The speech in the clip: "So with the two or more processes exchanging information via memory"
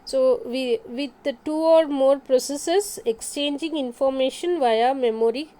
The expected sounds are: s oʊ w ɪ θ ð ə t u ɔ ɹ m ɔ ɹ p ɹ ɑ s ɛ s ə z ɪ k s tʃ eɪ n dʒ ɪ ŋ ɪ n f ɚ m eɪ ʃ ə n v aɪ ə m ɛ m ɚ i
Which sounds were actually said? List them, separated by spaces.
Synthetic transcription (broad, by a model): s oʊ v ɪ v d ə t u ɔ ɹ m ɔ ɹ p ɹ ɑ s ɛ s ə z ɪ k s tʃ eɪ n dʒ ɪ ŋ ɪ n f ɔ m eɪ ʃ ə n v aɪ ə m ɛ m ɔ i